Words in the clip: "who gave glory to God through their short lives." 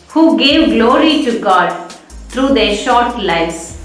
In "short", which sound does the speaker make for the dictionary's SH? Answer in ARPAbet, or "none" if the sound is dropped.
SH